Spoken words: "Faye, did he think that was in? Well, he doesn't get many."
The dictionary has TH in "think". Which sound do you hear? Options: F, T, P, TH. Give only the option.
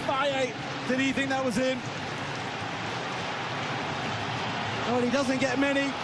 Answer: TH